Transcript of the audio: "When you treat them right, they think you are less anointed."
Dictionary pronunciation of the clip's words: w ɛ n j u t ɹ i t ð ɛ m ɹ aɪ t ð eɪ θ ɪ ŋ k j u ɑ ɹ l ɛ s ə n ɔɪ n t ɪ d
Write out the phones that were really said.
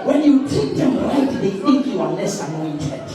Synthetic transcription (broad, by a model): w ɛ n j u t i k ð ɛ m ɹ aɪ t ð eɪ θ ɪ ŋ k j u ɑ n l ɛ s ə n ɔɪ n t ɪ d